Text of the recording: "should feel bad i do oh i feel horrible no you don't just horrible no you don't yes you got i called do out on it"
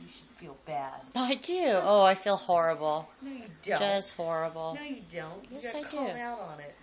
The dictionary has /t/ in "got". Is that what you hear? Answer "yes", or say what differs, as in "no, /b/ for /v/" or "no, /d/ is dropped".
no, /t/ is dropped